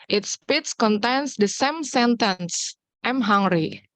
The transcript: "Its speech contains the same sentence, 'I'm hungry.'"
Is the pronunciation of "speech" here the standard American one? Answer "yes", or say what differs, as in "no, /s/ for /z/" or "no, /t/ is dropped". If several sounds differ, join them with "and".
no, /s/ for /tʃ/